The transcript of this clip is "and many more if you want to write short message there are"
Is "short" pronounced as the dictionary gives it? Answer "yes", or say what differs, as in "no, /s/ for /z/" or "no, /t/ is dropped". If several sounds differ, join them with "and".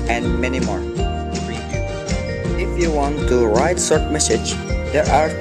no, /s/ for /ʃ/